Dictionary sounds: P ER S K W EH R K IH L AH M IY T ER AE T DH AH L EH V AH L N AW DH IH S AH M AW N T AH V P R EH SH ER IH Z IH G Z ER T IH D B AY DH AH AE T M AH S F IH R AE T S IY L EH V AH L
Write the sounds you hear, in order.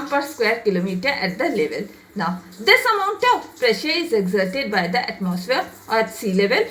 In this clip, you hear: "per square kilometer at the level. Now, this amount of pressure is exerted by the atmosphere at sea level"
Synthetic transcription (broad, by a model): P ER S K W EH R K IH L AH M IY T ER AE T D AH L EH V AH L N AW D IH S AH M AW N T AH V P R EH SH ER IH Z IH G Z ER T IH D B AY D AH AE T M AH S F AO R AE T S IY L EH V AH L